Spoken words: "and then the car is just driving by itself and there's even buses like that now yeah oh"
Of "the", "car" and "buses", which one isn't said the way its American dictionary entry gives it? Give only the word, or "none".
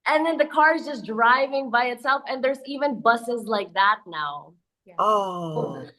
none